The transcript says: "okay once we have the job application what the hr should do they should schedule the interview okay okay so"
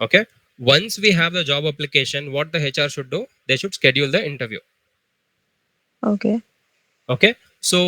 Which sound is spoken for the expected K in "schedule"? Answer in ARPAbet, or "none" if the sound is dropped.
K